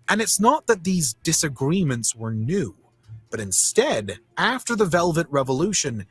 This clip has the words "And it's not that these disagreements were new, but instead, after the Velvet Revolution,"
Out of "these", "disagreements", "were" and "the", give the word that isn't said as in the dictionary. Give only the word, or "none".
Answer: none